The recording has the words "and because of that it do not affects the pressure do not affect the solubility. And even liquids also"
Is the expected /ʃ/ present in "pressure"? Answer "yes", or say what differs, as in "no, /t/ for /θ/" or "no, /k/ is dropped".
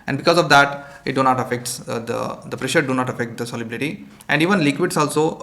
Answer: yes